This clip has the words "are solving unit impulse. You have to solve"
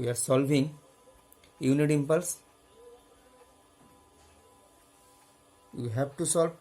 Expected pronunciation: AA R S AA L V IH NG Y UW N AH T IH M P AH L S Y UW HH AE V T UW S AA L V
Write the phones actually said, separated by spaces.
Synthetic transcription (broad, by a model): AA R S AA L V IH NG Y UW N AH T IH M P AH L S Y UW HH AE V T UW S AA L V